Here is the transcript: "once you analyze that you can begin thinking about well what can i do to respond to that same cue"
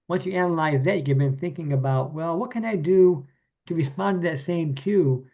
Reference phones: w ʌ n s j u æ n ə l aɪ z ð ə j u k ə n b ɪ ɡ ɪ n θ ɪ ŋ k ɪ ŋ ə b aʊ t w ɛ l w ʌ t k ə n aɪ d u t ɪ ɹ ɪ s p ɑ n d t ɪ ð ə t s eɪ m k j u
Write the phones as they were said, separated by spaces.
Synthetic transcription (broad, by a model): w ʌ n s j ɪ æ n ə l aɪ z ð ə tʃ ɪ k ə b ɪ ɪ n θ ɪ ŋ k ɪ ŋ ə b aʊ t w ɛ l w ʌ t k ə n aɪ d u t ɪ ɹ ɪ s p ɑ n t ɪ ð ə t s eɪ m k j u